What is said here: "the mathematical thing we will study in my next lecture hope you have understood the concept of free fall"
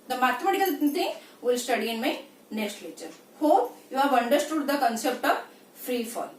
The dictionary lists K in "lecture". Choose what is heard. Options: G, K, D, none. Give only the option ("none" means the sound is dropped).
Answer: none